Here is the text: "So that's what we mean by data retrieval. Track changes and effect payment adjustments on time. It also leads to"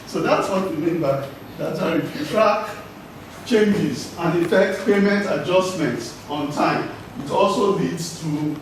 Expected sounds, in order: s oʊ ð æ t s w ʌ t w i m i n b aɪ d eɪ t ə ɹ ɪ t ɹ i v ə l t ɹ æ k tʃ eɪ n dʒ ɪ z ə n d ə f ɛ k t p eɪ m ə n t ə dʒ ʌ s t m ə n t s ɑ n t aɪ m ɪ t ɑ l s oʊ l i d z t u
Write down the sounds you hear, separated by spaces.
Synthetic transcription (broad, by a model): s oʊ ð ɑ t s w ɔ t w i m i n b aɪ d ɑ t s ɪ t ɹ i f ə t ɹ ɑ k tʃ eɪ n dʒ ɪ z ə n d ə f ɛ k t p eɪ m ə n t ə dʒ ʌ s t m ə n t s ɑ n t aɪ m ɪ t ɑ l s oʊ l i d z t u